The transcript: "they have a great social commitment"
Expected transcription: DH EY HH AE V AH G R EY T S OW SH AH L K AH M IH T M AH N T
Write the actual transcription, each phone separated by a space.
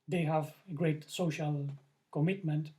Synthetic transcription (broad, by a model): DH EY HH AE V AH G R EY T S OW SH AH L K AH M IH T M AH N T